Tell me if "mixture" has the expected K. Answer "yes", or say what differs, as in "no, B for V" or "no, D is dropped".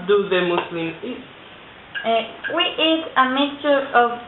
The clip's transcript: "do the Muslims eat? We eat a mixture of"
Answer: no, K is dropped